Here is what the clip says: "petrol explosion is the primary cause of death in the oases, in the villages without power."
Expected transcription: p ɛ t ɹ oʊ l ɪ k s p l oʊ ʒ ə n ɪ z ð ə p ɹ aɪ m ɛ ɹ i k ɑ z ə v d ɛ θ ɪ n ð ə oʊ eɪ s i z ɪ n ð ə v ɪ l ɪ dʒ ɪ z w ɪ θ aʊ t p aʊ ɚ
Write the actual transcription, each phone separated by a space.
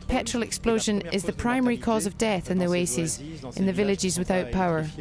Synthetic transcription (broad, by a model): p ɛ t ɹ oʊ l ɪ k s p l oʊ ʒ ə n ɪ z ð ə p ɹ aɪ m ɛ ɹ i k ɑ z ə v d ɛ θ ɪ n ð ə oʊ eɪ s i z ɪ n ð ə v ɪ l ɪ dʒ ɪ z w ɪ θ aʊ t p aʊ ɚ